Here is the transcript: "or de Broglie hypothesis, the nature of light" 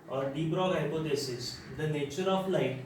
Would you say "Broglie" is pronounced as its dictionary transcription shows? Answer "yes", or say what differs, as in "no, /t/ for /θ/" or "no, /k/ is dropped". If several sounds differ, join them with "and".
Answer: no, /l/ is dropped